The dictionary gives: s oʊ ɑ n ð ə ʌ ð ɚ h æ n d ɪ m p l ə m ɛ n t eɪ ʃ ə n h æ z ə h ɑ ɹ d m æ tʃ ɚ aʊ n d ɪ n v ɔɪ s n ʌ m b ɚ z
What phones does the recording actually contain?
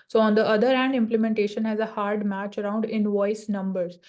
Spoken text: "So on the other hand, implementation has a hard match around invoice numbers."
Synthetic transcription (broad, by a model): s oʊ ɑ n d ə ʌ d ɚ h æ n d ɪ m p l ə m ɛ n t eɪ ʃ ə n h æ z ə h ɑ ɹ d m æ tʃ ɚ aʊ n d ɪ n v ɔɪ s n ʌ m b ɚ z